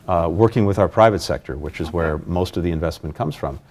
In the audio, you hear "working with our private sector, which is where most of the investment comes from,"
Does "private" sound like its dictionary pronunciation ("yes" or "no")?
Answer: yes